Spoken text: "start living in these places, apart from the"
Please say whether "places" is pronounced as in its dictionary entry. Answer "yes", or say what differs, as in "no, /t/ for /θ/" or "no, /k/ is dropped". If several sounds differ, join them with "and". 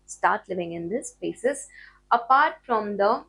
no, /l/ is dropped